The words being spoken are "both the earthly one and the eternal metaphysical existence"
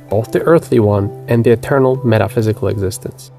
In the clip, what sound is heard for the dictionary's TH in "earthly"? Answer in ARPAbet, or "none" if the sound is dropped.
TH